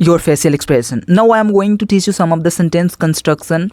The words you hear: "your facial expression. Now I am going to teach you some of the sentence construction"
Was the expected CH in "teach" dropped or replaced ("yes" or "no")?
no